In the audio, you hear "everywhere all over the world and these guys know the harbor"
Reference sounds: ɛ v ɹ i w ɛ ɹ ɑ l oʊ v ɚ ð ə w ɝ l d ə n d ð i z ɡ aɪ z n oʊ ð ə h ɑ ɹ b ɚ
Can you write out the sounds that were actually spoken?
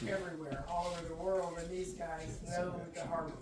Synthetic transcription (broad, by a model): ɛ v ɹ i w ɛ ɹ ɑ l oʊ v ɚ ð ə w ɝ l d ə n ð i z ɡ aɪ z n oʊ ð ə h ɑ ɹ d